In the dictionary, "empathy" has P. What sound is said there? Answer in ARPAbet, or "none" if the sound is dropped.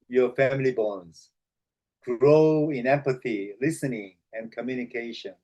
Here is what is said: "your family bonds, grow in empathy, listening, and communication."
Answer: P